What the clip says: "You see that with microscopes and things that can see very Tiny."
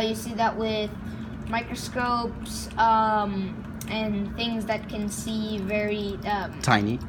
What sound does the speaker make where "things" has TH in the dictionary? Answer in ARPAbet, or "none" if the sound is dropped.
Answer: TH